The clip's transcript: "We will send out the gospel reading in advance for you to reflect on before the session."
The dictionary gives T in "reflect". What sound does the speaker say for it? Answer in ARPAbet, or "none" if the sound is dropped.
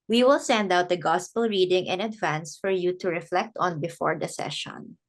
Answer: T